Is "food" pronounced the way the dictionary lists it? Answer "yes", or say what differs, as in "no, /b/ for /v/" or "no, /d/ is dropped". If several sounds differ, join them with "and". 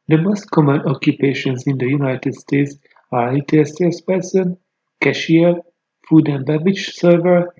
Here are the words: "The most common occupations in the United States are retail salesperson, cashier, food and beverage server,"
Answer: yes